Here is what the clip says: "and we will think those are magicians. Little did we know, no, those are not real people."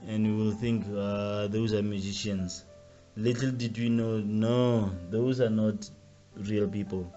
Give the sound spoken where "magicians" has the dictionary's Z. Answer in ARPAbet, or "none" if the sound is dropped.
S